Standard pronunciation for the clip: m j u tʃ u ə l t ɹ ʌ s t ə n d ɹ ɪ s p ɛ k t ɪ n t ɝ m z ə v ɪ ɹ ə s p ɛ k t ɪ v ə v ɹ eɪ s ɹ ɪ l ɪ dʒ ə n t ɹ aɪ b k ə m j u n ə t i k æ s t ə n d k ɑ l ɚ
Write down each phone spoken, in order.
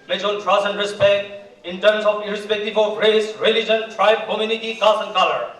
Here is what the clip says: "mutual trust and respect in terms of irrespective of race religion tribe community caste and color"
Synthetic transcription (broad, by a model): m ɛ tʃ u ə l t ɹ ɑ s ə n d ɹ ɪ s p ɛ k t ɪ n t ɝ m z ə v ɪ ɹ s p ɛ k t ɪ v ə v ɹ eɪ s ɹ ɪ l ɪ dʒ ə n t ɹ aɪ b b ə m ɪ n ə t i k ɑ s ə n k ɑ l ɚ